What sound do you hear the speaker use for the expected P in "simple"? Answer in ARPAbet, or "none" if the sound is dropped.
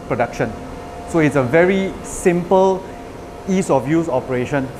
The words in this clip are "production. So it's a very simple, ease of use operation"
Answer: P